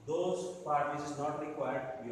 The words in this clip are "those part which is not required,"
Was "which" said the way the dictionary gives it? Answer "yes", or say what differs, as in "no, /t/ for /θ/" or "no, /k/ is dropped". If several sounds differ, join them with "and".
no, /s/ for /tʃ/